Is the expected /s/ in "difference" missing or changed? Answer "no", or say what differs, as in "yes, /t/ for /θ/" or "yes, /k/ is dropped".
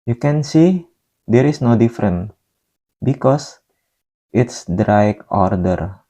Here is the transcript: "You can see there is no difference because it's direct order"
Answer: yes, /s/ is dropped